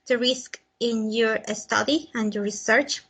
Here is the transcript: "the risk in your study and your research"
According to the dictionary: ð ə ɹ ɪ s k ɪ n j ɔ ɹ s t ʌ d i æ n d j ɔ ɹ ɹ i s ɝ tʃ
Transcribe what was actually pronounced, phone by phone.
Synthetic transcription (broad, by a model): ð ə ɹ ɪ s k ɪ n j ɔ ɹ s t ʌ d i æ n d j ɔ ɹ ɹ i s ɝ tʃ